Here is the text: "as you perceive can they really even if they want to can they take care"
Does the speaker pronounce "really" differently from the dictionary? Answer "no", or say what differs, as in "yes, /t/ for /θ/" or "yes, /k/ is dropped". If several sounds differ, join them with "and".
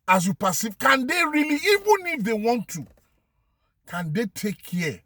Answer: no